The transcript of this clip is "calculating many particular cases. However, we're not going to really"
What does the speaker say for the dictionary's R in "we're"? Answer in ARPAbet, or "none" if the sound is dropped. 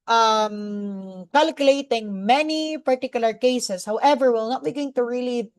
L